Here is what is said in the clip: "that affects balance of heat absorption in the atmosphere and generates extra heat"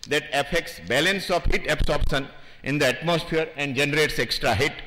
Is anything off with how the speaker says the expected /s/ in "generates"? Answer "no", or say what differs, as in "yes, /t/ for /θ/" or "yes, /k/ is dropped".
no